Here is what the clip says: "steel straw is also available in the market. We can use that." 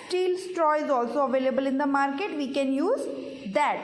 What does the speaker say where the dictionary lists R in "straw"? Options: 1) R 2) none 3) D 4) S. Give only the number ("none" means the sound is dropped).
1